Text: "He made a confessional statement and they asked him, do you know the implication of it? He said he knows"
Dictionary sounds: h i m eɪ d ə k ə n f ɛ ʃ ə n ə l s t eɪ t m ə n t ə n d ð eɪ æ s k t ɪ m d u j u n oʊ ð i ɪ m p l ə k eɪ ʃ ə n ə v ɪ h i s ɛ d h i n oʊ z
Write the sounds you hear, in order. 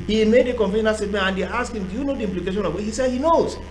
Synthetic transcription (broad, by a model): h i m eɪ d ə k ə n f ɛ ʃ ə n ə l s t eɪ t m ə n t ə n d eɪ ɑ s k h ɪ m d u j u n oʊ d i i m p l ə k eɪ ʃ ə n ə w ɪ h i s ɛ d h i n oʊ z